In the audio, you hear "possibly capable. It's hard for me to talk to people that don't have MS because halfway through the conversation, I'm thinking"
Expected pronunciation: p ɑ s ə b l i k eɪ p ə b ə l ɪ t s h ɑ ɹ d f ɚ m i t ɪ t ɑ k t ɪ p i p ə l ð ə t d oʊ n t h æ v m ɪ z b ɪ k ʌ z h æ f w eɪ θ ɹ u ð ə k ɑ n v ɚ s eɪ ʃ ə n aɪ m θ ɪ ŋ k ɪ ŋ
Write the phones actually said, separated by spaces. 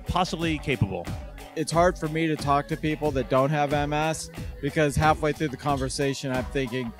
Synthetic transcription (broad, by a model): p ɑ s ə b l i k eɪ p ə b l ɪ t s h ɑ ɹ d f ɚ m i t ɪ t ɑ k t ɪ p i p l ð ə t d oʊ n t h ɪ v m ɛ s b ɪ k ʌ z h æ f w eɪ θ ɹ u ð ə k ɑ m v ɚ s eɪ ʃ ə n aɪ m θ ɪ ŋ k ɪ ŋ